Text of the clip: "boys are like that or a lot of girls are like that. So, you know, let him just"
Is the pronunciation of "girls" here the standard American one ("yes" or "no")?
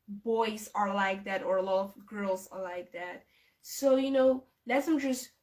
yes